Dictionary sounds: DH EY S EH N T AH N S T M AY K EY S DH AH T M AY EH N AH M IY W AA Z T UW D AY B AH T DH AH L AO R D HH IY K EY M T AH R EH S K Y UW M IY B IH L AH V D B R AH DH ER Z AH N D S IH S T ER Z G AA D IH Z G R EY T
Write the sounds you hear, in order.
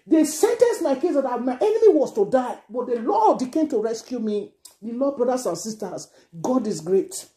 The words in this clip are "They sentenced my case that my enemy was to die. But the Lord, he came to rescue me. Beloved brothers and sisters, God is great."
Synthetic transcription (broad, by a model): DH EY S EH N T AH N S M AY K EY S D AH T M AY EH N AH M IY W AA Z T UW D AY B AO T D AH L AO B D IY K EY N T AH R EH S K Y UW M IY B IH L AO D B R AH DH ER S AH N S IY S T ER S G AA D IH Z G R EY T